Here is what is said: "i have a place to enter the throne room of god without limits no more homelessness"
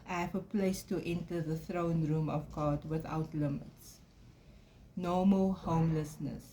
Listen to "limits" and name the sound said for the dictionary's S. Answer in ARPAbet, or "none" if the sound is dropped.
S